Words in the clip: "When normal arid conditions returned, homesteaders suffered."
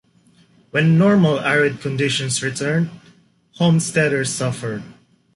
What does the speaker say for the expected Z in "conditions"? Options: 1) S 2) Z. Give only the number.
1